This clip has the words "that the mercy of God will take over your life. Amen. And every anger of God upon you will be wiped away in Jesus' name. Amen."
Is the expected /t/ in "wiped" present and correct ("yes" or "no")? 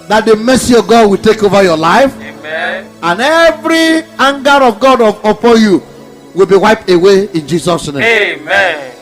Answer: yes